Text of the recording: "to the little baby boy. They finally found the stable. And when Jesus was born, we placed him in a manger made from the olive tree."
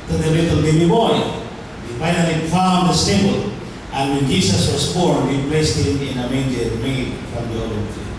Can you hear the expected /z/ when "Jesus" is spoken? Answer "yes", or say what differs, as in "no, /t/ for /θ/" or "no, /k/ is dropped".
no, /s/ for /z/